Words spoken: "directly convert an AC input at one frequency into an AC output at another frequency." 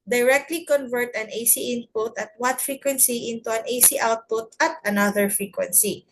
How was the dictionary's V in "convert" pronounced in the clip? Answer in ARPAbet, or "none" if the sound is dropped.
V